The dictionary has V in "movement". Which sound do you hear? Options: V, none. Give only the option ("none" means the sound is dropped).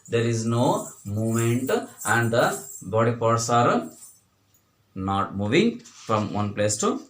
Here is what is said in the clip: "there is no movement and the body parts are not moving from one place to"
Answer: none